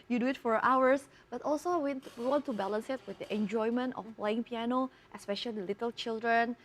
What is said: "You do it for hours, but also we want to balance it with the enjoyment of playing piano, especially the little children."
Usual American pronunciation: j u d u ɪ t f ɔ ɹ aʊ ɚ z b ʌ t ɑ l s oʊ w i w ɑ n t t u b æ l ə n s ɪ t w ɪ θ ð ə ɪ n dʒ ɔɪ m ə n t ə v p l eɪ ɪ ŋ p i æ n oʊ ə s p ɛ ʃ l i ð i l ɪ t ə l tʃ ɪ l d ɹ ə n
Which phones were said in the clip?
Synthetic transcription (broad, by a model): j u d u ɪ t f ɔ ɹ aʊ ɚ s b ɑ t ɑ l s oʊ w i w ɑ n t t u b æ l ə n s ɪ t w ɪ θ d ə ɪ n dʒ ɔɪ m ə n t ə f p l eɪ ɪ ŋ p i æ n oʊ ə s p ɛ ʃ i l i l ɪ t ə l tʃ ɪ l d ɹ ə n